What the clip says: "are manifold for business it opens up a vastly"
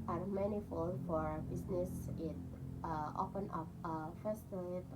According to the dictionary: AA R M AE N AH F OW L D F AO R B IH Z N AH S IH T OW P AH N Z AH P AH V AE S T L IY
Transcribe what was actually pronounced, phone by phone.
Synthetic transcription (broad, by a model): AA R M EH N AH F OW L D F AO R B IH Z N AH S IH T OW P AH N AH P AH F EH S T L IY